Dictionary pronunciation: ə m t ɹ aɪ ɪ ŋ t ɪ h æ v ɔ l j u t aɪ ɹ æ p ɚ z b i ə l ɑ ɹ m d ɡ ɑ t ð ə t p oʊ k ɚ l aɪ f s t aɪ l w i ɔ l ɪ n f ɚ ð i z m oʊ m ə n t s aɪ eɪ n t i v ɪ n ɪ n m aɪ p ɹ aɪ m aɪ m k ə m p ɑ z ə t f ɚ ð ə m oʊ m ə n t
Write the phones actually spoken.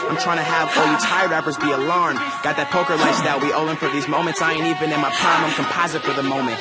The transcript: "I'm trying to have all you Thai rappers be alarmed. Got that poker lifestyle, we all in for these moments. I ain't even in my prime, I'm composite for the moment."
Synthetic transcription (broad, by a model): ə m t ɹ aɪ ɪ ŋ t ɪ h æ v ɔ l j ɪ t aɪ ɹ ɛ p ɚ z b i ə l ɑ ɹ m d ɡ ɑ t ð ə t p oʊ k ɚ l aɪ s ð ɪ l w i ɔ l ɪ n f ɚ ð i z m oʊ m ə n t s aɪ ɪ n i v ɪ n ɪ n m aɪ p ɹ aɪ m aɪ m k ə m p ɑ z ə t f ɚ ð ə m oʊ m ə n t